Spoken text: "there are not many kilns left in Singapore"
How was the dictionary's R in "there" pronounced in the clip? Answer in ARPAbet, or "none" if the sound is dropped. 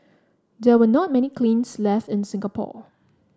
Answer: W